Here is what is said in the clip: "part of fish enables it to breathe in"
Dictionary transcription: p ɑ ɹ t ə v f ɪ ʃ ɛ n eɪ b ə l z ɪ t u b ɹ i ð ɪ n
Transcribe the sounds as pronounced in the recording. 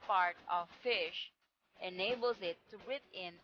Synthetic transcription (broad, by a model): p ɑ ɹ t ə v f ɪ ʃ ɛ n eɪ b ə l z ɪ t u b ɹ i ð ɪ n